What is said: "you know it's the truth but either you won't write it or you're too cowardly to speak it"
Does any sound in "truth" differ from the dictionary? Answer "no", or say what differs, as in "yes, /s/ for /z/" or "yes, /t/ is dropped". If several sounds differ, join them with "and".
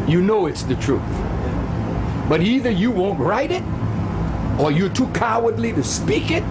no